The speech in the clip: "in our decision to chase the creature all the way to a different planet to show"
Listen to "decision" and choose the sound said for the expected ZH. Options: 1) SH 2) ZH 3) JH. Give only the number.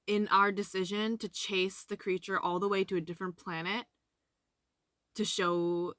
2